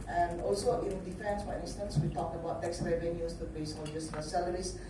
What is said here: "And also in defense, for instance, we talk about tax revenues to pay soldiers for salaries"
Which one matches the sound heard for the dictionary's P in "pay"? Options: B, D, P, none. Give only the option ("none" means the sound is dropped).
B